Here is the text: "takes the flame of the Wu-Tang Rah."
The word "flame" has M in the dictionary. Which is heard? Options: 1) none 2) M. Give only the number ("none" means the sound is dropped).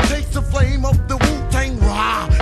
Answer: 2